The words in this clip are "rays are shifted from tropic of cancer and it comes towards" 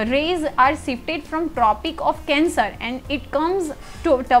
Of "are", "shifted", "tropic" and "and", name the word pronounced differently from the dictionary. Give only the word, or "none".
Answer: shifted